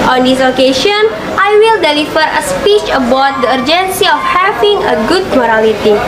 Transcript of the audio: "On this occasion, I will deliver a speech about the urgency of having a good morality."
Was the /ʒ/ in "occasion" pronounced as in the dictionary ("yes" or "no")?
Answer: no